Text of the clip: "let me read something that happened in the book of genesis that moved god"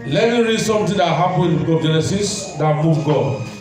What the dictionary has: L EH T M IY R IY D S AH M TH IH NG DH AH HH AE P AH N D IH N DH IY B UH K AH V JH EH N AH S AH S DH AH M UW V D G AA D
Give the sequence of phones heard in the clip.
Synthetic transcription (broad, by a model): L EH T M IY R IY D S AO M T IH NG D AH HH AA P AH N IH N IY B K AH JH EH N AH S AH S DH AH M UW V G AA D